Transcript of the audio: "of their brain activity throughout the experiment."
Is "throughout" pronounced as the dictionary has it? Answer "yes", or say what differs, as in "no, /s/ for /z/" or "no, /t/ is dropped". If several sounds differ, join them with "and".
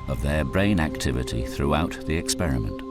yes